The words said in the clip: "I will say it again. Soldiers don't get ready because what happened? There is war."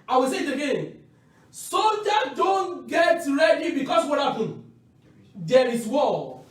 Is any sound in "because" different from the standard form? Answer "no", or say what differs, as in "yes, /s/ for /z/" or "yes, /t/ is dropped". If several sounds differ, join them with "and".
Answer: yes, /s/ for /z/